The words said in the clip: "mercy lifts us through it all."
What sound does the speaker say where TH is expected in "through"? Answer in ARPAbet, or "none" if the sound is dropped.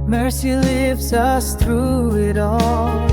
TH